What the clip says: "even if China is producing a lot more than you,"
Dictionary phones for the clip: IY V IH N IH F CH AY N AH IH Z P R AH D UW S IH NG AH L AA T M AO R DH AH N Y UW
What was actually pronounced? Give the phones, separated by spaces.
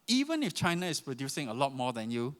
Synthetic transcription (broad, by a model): IY V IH N IH F CH AY N AH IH S P R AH D UW S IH NG AH L AA T M AO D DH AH N Y UW